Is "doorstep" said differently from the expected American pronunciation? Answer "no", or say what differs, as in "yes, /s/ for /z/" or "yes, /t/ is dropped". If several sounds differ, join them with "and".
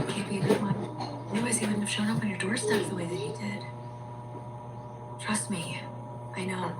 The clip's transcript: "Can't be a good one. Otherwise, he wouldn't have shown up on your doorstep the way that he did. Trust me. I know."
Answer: yes, /f/ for /p/